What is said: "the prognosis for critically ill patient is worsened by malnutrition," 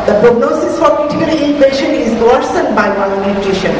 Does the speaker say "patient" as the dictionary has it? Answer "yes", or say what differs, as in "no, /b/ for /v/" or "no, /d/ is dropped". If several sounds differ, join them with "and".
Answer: no, /t/ is dropped